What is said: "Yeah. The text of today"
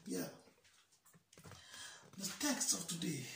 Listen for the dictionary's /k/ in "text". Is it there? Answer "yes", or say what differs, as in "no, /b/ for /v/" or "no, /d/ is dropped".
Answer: yes